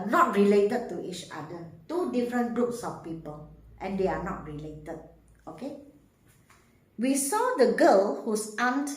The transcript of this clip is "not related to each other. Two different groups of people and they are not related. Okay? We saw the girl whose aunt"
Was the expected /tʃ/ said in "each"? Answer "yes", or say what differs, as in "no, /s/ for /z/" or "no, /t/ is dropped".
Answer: yes